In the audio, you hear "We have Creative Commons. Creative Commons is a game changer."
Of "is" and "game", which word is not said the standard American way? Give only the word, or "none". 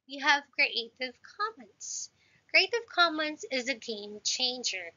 none